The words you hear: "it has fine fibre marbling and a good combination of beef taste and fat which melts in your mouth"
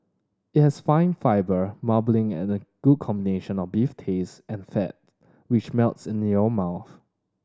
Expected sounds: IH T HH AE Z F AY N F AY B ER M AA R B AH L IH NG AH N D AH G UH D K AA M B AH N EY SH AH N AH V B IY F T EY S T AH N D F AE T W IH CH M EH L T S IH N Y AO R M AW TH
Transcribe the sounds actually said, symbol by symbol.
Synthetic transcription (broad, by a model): IH T HH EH S F AY N F AY B ER M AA B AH L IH NG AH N AH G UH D K AA M B AH N EY SH AH N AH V B IY F T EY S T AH N F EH T W IH CH M EH L T S IH N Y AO M AW TH